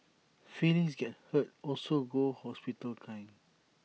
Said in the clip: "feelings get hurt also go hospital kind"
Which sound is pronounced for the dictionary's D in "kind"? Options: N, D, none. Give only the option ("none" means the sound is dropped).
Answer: none